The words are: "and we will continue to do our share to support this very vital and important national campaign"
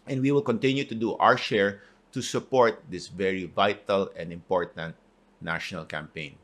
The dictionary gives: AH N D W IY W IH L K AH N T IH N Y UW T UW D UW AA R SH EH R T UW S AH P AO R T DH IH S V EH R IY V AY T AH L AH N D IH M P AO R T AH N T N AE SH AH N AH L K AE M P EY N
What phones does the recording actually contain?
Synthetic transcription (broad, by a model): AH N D W IY W IH L K AH N T IH N Y UW T UW D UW AA R SH EH R T UW S AH P AO R T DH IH S V EH R IY V AY T AH L AH N D IH M P AO R T AH N T N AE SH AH N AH L K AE M P EY N